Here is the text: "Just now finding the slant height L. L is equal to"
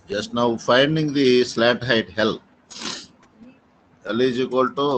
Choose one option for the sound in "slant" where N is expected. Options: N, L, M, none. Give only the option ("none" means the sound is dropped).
none